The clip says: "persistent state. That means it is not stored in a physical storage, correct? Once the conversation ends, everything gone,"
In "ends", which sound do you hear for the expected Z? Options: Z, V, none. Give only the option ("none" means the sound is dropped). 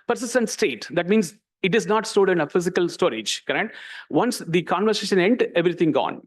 none